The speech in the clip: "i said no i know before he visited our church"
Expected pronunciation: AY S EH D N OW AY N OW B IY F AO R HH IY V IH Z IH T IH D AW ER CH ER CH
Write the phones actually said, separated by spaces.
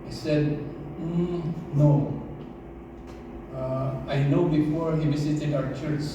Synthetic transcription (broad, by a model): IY S EH D N OW AY N OW B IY F AO R HH IY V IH S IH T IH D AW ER CH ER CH